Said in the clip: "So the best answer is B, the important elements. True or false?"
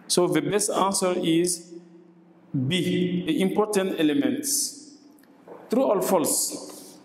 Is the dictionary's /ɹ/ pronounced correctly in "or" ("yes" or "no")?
no